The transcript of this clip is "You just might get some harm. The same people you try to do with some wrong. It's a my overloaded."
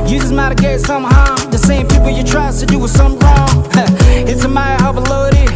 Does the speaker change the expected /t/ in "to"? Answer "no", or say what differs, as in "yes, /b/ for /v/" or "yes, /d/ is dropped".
yes, /s/ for /t/